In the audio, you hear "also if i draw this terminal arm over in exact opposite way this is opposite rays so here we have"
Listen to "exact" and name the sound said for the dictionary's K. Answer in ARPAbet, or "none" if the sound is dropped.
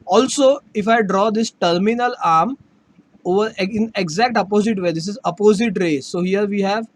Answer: K